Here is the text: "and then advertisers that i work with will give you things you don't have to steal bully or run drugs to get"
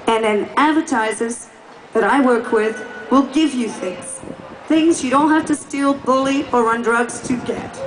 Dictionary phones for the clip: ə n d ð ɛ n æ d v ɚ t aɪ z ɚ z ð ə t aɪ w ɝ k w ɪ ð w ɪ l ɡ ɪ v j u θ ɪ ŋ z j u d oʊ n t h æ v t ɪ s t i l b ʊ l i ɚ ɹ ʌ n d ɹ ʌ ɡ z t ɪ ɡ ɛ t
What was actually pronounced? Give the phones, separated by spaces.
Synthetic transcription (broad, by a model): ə n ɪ n æ d v ɚ t aɪ z ɚ z ð ə t aɪ w ɝ k w ɪ ð w ɪ l ɡ ɪ v j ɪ θ ɪ ŋ z j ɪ d oʊ n t h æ f t ɪ s t i l b ʊ l i ɚ ɹ ʌ n d ɹ ʌ ɡ z t ɪ ɡ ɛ t